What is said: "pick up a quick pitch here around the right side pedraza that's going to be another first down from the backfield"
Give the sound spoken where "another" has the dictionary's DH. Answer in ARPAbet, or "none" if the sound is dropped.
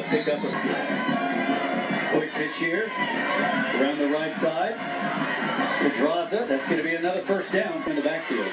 DH